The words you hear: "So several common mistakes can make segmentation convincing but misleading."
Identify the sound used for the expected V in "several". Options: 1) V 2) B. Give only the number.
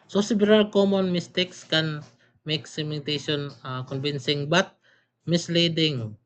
2